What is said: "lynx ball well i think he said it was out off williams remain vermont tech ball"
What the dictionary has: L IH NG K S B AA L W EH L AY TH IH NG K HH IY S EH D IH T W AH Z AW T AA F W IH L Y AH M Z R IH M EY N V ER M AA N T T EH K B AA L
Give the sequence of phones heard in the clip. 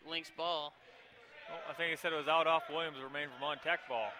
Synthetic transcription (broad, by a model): L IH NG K S B AA L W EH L AY TH IH NG K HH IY S EH D IH T W AH Z AW T AA F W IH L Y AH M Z R IH M EY N F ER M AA N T T EH K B AA L